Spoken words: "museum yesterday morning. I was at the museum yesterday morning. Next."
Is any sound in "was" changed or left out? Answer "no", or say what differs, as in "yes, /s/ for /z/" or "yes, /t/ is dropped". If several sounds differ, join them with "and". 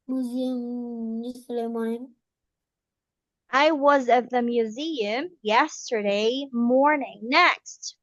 no